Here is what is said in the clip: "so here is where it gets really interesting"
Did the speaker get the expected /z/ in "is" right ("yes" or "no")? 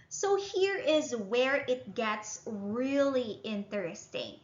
yes